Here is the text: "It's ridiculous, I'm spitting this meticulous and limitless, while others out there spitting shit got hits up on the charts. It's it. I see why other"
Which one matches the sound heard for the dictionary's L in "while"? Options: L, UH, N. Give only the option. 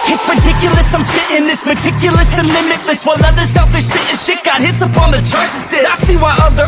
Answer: N